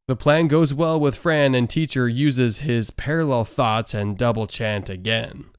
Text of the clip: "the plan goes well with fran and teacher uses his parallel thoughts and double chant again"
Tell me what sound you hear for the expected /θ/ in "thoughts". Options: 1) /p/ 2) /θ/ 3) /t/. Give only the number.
2